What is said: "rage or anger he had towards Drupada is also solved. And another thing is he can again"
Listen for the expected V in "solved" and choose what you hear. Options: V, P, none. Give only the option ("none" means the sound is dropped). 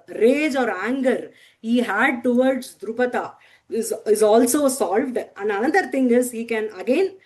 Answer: V